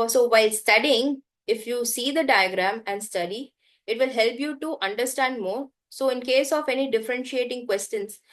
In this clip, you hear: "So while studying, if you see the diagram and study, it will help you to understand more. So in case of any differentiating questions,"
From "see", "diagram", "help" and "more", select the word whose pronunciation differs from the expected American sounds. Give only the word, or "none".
none